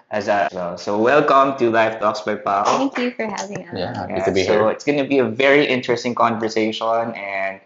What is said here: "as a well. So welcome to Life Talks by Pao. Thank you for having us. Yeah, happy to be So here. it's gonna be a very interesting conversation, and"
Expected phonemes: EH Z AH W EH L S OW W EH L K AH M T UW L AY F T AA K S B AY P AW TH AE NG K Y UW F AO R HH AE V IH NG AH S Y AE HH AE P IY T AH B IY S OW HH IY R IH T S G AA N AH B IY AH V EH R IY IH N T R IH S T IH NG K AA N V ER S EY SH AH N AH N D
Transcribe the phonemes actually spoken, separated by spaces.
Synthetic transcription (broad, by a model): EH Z AH W EH L S OW W EH L K AH M T UW L AY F T AA K S B AY P AW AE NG K Y UW F AO R HH AE V IH NG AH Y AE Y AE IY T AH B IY S OW IH T S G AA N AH B IY AH V EH R IY IH N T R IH S T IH NG K AA N V ER S EY SH AH N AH N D